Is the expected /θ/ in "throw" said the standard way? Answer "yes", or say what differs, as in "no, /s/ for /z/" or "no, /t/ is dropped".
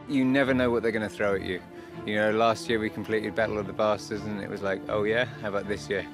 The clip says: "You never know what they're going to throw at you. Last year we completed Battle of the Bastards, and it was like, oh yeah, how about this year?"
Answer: yes